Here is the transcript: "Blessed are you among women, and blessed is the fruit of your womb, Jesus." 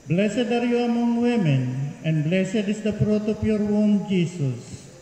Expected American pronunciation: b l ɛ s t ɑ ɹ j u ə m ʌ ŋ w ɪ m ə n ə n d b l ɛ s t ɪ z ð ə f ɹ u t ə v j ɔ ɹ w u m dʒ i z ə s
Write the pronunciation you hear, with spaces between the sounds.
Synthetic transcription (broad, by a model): b l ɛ s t ɑ ɹ j u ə m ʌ ŋ w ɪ m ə n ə n b l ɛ s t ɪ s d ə p ɹ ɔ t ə p j ɔ ɹ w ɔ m dʒ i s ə s